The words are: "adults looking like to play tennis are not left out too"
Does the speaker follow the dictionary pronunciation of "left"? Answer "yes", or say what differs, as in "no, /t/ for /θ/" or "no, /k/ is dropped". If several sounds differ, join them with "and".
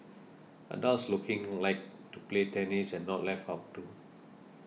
no, /t/ is dropped